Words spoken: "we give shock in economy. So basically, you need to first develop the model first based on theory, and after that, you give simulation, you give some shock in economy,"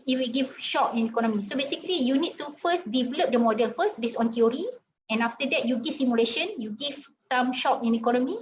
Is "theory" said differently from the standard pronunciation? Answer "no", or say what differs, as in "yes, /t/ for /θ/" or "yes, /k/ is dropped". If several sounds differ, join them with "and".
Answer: yes, /t/ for /θ/